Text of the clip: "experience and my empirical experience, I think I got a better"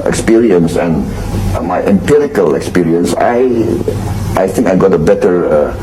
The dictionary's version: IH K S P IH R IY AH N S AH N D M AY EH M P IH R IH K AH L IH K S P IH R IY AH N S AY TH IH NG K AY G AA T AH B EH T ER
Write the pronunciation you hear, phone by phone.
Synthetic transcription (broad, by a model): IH K S P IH R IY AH N S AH N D M AY EH M P IH R IH K AH L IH K S P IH R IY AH N S AY TH IH NG K AY G AA T AH B EH T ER